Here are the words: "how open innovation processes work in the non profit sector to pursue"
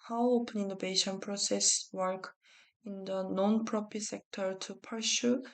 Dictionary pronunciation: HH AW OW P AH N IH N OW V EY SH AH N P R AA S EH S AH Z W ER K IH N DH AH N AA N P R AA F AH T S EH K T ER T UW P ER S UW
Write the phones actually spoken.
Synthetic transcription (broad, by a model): HH AW OW P AH N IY N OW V EY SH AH N P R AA S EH S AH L K IH N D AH N AA N P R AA P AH S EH K T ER T UW P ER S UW